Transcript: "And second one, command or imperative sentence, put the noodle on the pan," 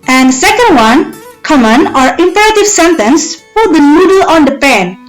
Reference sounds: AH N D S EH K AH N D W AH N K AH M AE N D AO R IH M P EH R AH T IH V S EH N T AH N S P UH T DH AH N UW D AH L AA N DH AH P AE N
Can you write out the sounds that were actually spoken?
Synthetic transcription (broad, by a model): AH N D S EH K AH N D W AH N K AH M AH N AO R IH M P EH R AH T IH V S EH N T AH N S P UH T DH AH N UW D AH L AA N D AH P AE N